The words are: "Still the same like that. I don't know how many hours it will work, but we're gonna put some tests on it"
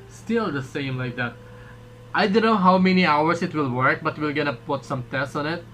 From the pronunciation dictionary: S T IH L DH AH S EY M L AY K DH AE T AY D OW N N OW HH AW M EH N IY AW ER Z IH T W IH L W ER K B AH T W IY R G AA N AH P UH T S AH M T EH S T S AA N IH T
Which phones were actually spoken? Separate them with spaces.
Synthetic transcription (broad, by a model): S T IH L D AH S EY M L AY K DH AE T AY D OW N N OW HH AW M EH N IY AW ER S IH T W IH L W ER K B AH T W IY L G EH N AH P UH T S AH M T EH S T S AA N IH T